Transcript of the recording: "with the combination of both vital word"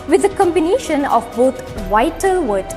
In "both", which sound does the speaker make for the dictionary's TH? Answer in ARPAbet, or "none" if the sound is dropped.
T